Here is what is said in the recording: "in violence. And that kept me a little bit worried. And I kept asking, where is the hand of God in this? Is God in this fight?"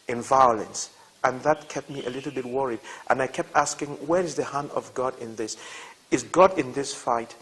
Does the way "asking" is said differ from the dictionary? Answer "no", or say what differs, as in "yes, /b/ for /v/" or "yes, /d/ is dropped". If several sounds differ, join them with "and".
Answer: no